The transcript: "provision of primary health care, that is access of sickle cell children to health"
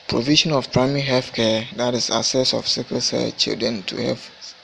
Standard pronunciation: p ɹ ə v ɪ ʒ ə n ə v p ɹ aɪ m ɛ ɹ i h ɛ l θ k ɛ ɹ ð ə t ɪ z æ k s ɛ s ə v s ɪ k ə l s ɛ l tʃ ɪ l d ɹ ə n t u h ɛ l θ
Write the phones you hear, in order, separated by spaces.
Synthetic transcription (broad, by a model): p ɹ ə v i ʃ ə n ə f p ɹ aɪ m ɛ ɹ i h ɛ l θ k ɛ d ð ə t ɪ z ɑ s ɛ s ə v s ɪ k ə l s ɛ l tʃ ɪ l d ɹ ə n t u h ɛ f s